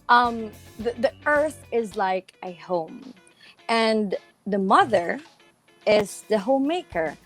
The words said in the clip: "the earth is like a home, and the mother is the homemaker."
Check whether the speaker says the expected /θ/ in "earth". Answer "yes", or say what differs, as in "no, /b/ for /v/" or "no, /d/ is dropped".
yes